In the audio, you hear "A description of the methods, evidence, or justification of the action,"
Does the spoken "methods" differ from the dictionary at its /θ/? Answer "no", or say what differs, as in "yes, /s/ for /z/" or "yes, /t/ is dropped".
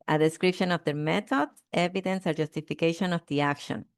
yes, /t/ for /θ/